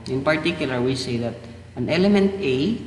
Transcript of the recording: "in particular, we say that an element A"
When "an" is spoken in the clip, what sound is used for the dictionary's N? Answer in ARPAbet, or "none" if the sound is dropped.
N